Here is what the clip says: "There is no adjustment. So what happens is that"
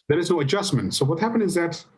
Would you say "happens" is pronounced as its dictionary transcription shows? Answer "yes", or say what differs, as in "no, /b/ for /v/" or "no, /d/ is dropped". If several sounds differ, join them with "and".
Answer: no, /z/ is dropped